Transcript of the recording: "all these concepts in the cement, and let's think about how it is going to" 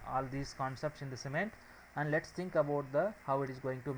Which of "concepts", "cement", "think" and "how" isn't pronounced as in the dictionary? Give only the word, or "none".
think